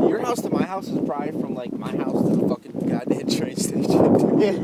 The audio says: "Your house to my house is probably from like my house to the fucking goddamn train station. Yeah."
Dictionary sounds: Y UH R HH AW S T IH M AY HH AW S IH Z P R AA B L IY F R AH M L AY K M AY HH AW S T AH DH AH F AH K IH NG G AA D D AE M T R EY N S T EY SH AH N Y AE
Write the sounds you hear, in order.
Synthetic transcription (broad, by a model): Y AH R HH AW S T IH M AY HH AW S IH Z B R AA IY F R AH M L AY K M AY HH AW S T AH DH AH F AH K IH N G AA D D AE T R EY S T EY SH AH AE